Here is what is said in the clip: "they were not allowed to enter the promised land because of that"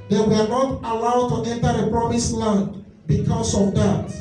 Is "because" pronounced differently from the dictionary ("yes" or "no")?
yes